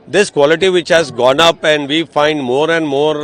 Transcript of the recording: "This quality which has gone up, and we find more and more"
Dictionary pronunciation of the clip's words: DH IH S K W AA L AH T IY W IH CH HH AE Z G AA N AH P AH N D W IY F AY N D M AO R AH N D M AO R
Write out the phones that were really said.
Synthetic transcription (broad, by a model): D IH S K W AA L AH T IY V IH CH HH AE Z G AA N AH P AH N D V IY F AY N D M AO R AH N D M AO R